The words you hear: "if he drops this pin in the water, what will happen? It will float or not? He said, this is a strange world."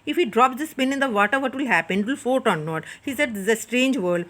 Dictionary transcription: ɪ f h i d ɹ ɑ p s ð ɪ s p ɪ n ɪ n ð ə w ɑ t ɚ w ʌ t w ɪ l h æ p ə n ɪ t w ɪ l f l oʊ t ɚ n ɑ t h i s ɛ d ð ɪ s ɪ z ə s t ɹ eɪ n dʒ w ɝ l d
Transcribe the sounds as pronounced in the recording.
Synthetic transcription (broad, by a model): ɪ f h i d ɹ ɑ p s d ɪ s p ɪ n ɪ n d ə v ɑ t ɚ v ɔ t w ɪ l h æ p ə n ɪ t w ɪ l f oʊ t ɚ n ɑ t h i s ɛ d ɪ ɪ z ə s t ɹ eɪ n dʒ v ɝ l d